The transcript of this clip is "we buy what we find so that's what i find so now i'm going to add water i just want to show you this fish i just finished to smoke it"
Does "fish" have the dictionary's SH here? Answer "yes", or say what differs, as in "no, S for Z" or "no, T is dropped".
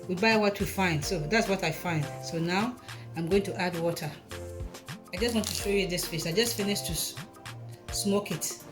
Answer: no, S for SH